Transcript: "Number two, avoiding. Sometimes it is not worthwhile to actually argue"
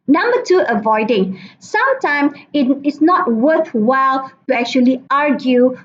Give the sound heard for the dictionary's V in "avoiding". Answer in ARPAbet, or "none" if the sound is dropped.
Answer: V